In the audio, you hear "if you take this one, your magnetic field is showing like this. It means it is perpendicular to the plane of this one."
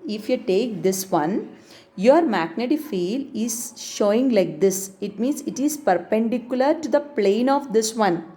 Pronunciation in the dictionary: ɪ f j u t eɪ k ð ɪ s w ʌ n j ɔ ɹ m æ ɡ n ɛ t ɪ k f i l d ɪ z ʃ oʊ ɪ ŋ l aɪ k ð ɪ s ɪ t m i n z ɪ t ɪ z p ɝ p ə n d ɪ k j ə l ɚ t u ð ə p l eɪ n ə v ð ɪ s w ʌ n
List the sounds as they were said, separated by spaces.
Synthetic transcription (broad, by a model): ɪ f j u t eɪ k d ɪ s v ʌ n j ɔ ɹ m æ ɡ n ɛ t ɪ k f i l ɪ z ʃ oʊ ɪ ŋ l aɪ k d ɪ s ɪ t m i n s ɪ t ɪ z p ɝ p ə n d ɪ k j ə l ɚ t u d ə p l eɪ n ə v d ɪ s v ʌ n